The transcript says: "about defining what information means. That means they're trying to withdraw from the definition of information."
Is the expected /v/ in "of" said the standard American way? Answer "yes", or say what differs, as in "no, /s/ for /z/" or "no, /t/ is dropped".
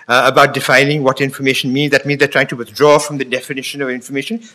yes